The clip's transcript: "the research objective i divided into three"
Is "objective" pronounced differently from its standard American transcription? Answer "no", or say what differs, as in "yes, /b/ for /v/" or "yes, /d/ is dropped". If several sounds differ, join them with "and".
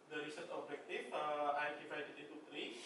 yes, /f/ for /v/